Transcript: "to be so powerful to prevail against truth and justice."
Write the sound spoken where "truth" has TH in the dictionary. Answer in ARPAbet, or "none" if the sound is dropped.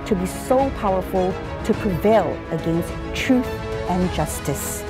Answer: TH